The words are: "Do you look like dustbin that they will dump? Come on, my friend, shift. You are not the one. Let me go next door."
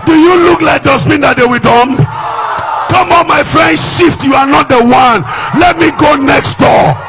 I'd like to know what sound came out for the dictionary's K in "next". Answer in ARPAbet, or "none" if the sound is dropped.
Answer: K